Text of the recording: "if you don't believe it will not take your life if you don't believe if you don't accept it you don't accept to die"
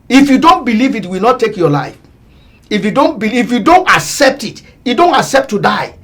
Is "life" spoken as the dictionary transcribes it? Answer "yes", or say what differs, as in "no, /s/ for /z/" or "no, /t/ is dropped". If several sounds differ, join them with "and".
yes